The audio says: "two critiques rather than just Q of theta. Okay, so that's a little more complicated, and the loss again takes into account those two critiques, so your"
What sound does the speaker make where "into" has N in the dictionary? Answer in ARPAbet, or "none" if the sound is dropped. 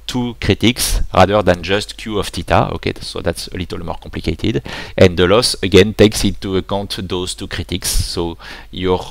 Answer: none